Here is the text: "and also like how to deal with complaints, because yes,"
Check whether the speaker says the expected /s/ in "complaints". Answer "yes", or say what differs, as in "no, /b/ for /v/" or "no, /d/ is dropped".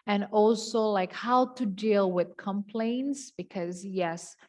yes